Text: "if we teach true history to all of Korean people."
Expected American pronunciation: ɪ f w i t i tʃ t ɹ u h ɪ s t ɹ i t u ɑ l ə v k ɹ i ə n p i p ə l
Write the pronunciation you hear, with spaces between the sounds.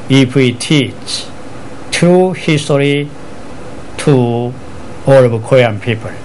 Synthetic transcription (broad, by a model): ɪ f w i t i tʃ t ɹ u h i s t ɹ i t u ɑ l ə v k ɔ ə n p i p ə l